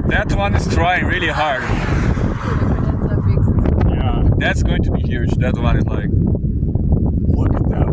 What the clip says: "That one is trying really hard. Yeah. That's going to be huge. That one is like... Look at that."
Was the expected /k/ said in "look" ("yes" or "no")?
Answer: no